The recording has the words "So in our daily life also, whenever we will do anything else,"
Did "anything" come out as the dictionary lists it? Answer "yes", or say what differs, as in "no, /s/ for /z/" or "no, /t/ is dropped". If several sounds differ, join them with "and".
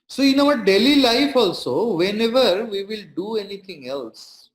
no, /t/ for /θ/